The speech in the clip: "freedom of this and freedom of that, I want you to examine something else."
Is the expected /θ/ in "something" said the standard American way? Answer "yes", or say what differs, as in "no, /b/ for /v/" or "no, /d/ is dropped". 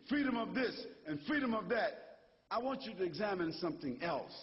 yes